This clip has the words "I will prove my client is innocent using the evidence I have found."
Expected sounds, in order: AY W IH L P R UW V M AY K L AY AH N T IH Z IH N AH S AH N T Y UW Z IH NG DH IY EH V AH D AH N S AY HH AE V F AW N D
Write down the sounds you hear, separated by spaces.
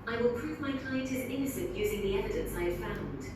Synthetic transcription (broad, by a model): AY W IH L P R UW V M AY K L AY AH N T IH Z IH N AH S AH N T Y UW Z IH NG DH IY EH V AH D AH N S AY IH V F AW N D